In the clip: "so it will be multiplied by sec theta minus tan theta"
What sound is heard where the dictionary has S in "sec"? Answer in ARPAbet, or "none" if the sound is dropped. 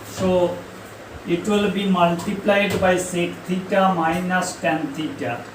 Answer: S